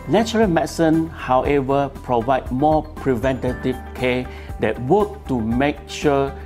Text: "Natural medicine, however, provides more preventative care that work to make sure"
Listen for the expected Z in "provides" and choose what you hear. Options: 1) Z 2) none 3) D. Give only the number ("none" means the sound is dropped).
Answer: 2